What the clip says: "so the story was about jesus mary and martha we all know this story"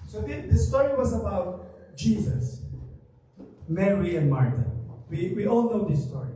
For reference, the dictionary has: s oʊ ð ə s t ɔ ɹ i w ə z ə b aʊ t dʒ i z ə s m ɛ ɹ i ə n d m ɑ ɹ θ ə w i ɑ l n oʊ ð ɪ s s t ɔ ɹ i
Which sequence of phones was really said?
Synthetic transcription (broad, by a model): s oʊ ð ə s t ɔ ɹ i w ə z ə b aʊ t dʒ i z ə s m ɛ ɹ i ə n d m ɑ ɹ t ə w i ɑ l n oʊ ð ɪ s s t ɔ ɹ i